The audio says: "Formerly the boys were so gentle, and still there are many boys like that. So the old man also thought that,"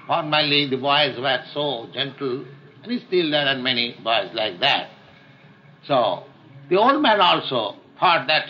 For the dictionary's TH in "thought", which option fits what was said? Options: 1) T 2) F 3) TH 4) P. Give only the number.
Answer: 2